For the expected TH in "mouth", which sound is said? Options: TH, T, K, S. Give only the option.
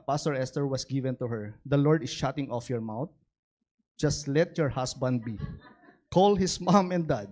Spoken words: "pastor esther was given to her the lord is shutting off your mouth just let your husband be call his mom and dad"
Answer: T